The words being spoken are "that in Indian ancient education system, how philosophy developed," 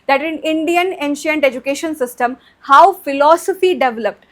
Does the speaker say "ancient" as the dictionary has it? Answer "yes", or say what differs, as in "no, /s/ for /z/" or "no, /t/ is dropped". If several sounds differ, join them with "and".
yes